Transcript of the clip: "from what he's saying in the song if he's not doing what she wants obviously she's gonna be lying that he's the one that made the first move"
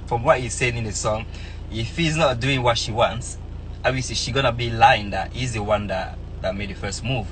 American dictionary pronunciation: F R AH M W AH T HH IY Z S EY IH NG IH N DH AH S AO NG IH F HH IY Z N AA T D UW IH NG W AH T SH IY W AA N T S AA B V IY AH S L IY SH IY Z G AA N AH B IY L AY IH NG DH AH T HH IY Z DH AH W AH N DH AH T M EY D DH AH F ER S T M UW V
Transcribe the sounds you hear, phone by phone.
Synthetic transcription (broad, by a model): F R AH M W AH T HH IY Z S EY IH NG IH N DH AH S AO NG IH F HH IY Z N AA T D UW IH NG W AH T SH IY W AA N T S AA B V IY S IY SH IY G AA N AH B IY L AY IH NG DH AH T HH IY Z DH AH W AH N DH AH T M EY D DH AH F ER S T M UW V